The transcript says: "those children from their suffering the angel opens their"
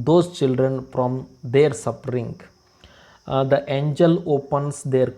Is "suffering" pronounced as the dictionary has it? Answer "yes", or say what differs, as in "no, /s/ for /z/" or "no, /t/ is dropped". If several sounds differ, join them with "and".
no, /p/ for /f/